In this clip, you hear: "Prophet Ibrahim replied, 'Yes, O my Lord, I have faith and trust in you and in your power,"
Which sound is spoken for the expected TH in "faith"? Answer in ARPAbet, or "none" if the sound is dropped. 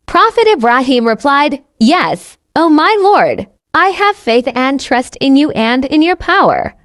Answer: TH